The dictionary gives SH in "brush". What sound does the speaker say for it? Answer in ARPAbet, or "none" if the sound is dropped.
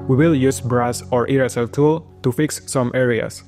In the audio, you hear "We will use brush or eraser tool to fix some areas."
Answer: S